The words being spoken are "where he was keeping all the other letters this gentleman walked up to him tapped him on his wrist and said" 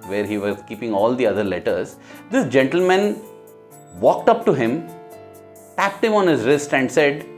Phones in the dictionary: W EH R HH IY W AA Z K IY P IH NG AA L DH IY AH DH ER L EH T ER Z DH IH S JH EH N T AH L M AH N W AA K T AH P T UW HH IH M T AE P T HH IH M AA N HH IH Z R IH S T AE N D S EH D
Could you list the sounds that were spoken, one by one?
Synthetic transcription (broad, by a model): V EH R HH IY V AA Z K IY P IH NG AA L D IY AH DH ER L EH T ER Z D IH S JH EH N T AH L M AH N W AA K T AH P T UW HH IH M T AE P T HH IH M AA N HH IH Z R IH S T AE N D S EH D